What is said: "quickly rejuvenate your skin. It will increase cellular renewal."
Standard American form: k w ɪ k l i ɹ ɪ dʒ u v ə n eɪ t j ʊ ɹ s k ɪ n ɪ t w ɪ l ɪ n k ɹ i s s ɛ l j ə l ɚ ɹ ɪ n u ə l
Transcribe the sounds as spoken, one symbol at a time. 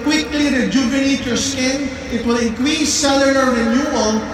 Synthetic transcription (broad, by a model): k w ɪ k l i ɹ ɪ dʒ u b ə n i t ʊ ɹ s k ɪ n ɪ t w ɪ l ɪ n k ɹ i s s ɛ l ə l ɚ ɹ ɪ n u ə l